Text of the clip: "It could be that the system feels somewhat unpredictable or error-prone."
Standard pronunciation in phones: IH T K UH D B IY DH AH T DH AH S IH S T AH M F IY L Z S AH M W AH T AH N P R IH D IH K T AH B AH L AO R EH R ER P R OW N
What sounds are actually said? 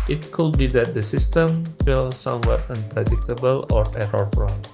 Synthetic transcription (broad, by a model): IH T K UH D B IY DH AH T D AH S IH S T AH M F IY L S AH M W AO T AH N P R IH D IH K T AH B AH L AO R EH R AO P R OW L